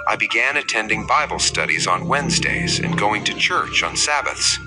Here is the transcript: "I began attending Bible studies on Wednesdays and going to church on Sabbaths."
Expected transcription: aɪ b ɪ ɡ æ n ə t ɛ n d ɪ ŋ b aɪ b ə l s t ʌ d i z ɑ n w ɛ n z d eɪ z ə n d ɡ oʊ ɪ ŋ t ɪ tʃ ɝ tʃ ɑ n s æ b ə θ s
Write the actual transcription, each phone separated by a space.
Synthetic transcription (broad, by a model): aɪ b ɪ ɡ æ n ə t ɛ n d ɪ ŋ b aɪ b l s t ʌ d i z n w ɛ n z d eɪ z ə n ɡ oʊ ɪ ŋ t ɪ tʃ ɝ tʃ n s æ b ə θ s